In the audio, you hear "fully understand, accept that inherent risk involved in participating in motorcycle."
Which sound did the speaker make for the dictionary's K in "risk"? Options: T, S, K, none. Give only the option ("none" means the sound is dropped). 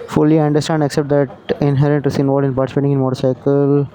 none